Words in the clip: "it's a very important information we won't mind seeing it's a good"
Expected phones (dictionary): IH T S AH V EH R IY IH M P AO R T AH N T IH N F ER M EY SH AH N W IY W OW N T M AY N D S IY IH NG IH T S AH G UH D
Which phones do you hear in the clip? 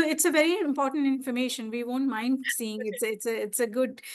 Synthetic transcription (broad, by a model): IH T S AH V EH R IY IH M P AO R T AH N T IH N F ER M EY SH AH N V IY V OW N T M AY N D S IY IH NG IH T S AH G UH D